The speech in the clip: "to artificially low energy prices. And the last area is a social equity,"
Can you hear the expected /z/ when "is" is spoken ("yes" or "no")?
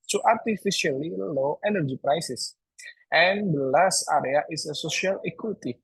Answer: no